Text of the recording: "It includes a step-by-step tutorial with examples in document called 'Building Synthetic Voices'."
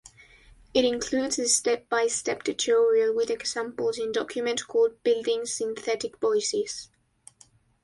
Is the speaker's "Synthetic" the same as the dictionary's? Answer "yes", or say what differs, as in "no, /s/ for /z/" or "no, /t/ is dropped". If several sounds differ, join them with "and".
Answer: yes